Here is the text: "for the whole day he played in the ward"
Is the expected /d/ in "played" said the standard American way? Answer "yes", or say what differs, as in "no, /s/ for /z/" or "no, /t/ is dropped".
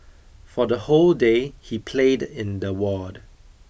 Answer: yes